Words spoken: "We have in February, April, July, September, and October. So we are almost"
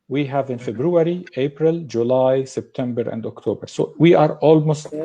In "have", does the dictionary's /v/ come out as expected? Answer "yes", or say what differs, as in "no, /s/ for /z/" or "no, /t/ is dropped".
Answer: yes